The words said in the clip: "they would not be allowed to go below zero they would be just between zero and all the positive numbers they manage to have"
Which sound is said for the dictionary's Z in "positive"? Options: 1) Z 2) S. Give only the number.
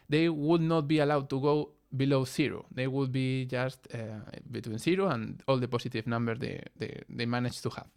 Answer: 2